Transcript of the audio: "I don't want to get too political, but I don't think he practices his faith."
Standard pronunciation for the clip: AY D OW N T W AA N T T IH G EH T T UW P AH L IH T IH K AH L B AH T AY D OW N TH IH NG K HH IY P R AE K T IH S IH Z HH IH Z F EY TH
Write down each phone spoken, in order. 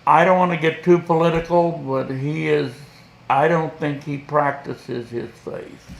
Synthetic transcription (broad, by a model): AY D OW N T W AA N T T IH G EH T T UW P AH L IH T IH K L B AH T AY D OW N TH IH NG K HH IY P R AE K T IH S IH Z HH IH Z F EY TH